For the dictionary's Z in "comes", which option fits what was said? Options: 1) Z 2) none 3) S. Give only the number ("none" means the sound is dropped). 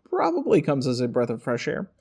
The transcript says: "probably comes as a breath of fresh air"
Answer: 1